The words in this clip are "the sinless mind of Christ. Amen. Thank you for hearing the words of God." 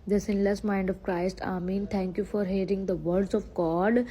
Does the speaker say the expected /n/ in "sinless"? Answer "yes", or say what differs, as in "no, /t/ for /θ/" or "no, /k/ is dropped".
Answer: yes